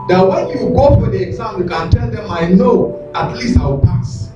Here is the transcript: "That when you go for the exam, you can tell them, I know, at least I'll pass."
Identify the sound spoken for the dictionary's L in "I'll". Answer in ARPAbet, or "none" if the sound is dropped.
W